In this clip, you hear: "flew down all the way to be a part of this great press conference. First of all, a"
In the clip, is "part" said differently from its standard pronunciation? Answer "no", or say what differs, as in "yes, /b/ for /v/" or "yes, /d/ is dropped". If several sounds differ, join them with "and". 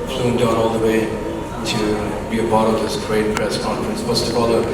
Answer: yes, /b/ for /p/